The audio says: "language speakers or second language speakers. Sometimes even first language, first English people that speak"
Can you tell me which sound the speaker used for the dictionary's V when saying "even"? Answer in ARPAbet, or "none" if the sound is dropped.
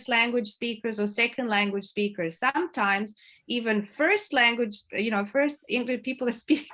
V